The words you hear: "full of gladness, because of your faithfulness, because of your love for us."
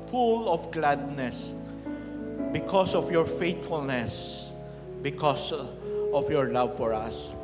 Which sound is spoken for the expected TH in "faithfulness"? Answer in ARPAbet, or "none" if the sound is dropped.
T